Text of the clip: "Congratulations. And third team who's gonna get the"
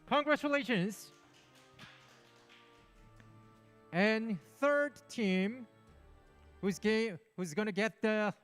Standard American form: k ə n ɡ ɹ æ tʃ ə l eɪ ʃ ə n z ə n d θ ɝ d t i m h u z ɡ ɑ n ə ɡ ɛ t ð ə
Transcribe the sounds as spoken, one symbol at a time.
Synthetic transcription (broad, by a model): k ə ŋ ɡ ɹ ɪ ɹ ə l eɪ ʃ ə n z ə n θ ɝ d t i m h u z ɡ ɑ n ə ɡ ɛ t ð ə